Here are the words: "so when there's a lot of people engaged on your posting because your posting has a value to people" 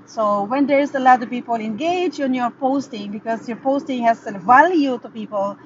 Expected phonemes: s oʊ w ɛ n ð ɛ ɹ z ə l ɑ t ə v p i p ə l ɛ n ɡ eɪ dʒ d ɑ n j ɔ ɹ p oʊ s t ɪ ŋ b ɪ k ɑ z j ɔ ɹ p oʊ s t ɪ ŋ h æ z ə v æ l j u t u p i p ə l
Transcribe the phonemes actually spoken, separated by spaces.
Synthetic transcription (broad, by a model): s oʊ w ɛ n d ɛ ɹ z ə l ɑ t ə v p i p ə l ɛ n ɡ eɪ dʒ ɑ n j ɔ ɹ p oʊ s t ɪ ŋ b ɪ k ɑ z j ɔ ɹ p oʊ s t ɪ ŋ h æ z ə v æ l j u t u p i p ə l